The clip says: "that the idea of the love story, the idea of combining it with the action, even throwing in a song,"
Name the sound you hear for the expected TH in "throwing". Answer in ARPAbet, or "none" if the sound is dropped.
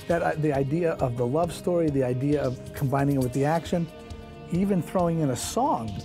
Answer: TH